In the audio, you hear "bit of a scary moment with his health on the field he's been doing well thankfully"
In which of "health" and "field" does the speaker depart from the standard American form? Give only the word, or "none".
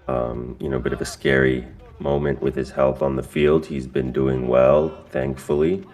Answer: none